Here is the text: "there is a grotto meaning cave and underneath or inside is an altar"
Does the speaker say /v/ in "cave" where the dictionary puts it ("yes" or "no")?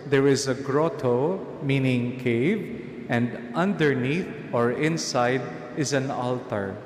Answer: yes